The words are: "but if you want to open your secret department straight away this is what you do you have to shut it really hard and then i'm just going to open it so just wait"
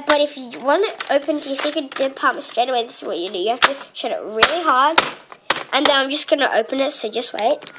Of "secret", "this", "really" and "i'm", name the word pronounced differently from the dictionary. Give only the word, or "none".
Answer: secret